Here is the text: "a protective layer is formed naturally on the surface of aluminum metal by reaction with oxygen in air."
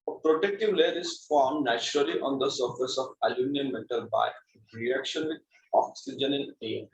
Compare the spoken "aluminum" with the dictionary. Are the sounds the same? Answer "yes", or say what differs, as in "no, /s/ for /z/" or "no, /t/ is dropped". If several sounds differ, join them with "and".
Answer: no, /n/ is dropped